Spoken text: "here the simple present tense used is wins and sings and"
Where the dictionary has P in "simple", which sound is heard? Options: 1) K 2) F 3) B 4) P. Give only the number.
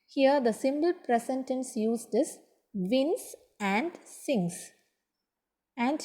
3